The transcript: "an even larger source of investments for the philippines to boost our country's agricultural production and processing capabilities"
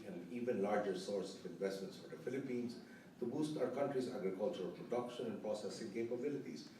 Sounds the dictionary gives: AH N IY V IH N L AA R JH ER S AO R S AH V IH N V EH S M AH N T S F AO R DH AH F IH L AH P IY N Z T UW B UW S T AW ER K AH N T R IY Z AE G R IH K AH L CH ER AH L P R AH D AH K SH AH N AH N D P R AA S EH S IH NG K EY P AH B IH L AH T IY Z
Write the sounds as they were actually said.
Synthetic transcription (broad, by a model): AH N IY V IH N L AA R JH ER S AO R S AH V IH N V EH S M AH N T S F AO R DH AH F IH L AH P IY N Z T UW B UW S T AW ER K AH N T R IY Z AE G R IH K AH L CH ER AH L P R AH D AH K SH AH N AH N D P R AA S EH S IH NG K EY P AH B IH L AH T IY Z